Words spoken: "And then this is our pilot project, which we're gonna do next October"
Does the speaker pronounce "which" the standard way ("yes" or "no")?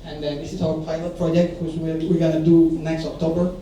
no